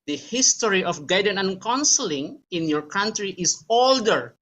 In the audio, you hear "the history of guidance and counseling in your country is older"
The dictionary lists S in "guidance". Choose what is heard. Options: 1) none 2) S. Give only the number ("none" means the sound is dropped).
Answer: 1